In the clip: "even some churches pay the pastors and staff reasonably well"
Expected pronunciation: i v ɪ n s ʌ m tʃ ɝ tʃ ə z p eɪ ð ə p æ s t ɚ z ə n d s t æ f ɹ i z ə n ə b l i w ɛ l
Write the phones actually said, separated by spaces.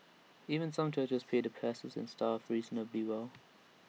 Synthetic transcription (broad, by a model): i v ɪ n s ʌ m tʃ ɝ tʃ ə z p eɪ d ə p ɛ s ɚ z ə n s t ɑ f ɹ i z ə n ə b i w ɛ l